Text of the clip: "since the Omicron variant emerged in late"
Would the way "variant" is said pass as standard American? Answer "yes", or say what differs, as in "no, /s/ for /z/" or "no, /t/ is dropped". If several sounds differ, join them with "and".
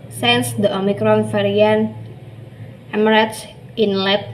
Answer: no, /f/ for /v/